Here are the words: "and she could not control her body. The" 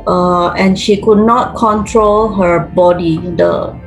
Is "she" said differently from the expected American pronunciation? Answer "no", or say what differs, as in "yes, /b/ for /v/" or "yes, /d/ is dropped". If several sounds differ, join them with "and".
no